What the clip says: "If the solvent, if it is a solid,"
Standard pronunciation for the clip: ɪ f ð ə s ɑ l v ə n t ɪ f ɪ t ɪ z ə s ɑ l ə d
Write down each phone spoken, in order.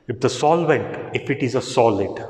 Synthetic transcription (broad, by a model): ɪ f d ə s ɑ l v ə n t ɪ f ɪ t ɪ z ə s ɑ l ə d